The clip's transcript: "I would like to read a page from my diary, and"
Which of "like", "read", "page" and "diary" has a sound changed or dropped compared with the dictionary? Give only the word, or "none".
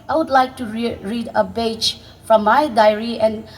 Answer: page